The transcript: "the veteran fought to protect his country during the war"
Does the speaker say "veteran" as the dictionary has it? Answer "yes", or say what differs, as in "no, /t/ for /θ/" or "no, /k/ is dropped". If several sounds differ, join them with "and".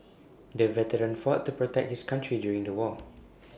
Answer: yes